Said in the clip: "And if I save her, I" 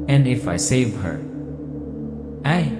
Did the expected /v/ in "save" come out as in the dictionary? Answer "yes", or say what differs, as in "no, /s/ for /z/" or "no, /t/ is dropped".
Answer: yes